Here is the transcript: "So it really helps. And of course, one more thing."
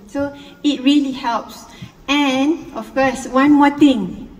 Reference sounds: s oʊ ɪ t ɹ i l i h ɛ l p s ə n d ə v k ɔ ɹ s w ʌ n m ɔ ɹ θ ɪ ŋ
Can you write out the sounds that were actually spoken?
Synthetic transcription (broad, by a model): s oʊ ɪ t ɹ i l i h ɛ l p s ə n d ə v k ɔ s w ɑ n m ɔ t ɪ ŋ